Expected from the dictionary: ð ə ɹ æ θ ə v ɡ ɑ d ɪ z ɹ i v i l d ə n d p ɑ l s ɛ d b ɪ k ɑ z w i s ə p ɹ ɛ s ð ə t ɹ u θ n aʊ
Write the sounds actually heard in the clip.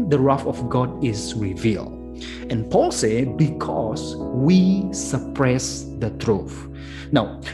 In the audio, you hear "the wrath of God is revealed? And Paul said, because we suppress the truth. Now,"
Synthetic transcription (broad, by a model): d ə ɹ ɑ f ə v ɡ ɑ d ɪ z ɹ i v i l d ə n p ɑ l s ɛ b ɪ k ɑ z w i s ə p ɹ ɛ s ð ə t ɹ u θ n aʊ